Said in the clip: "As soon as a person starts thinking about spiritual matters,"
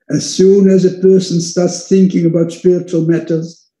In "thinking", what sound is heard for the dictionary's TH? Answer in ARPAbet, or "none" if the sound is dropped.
TH